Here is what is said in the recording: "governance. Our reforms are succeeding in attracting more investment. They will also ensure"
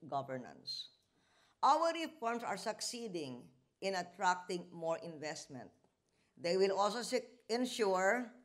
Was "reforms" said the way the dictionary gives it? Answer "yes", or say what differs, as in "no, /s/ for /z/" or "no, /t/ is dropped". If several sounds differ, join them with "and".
no, /s/ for /z/